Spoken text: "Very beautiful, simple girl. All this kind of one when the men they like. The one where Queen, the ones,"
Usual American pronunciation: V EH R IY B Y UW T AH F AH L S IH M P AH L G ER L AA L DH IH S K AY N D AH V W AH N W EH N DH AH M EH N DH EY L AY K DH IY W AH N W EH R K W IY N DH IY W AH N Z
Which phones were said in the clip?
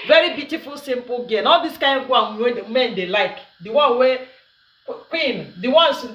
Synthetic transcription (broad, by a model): V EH R IY B Y UW T AH F AH L S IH M P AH L G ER N AA L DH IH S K AY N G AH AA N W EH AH M EH N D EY L AY K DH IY W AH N W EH K W IY N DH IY W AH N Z